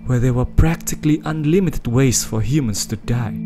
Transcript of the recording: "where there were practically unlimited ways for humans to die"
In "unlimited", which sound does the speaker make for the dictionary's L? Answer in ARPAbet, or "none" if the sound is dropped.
L